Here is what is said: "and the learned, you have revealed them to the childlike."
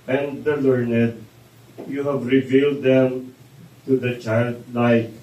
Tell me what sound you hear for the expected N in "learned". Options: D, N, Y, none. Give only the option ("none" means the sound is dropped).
N